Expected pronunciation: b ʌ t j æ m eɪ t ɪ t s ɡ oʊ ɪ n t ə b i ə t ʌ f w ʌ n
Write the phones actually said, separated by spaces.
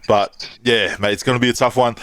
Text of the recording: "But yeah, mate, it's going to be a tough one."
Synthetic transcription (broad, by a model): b ʌ t j æ m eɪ ɪ t s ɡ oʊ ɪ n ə b i ə t ʌ f w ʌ n